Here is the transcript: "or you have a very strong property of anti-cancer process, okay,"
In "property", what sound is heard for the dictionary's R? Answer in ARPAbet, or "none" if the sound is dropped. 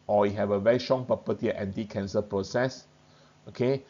none